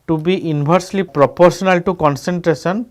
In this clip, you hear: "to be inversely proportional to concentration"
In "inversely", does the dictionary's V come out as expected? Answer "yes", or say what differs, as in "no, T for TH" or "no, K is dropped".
no, B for V